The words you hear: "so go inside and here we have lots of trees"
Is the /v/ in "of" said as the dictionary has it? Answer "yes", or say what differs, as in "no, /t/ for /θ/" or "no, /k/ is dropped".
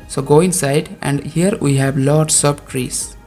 no, /b/ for /v/